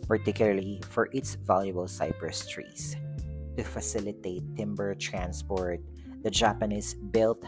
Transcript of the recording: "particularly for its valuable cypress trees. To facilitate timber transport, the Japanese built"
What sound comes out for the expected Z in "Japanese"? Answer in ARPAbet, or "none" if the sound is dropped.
S